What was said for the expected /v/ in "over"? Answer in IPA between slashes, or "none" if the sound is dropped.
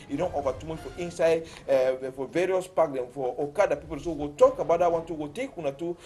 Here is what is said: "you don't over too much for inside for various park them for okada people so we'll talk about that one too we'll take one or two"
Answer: /f/